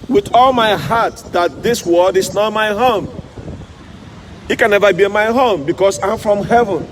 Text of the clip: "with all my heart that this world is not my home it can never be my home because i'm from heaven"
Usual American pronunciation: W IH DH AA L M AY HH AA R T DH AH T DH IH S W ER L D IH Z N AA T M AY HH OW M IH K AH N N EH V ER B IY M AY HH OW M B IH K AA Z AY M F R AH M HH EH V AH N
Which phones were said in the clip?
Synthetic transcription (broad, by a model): W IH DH AA L M AY HH AA T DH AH T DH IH S W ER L D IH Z N AA T M AY HH OW M IH K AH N N EH V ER B IY M AY HH OW M B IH K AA S AY M F R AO M HH EH V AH N